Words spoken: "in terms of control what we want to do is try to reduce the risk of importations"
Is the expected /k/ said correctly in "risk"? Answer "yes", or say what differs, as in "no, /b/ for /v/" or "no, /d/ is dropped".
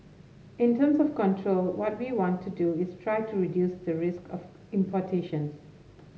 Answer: yes